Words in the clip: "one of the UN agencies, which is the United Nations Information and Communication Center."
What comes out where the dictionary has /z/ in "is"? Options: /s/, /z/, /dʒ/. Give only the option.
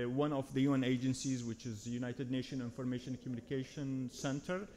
/z/